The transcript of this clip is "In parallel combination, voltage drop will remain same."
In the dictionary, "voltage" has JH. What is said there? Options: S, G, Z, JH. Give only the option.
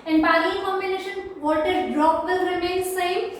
Z